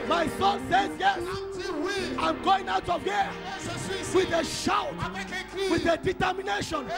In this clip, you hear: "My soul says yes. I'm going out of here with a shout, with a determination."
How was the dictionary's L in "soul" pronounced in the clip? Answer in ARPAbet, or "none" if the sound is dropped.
N